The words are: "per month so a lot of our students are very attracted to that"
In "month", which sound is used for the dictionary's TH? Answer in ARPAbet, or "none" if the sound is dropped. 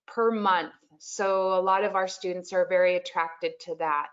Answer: TH